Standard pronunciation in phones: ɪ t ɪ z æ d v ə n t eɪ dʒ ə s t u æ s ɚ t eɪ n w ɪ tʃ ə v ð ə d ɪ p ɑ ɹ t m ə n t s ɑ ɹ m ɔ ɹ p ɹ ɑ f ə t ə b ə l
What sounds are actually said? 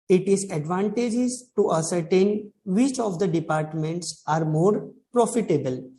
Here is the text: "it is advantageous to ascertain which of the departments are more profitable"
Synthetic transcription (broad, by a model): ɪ t ɪ z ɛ d v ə n t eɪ dʒ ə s t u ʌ s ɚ t eɪ n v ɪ tʃ ə v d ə d ɪ p ɑ ɹ t m ə n t s ɑ ɹ m ɔ ɹ p ɹ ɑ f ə t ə b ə l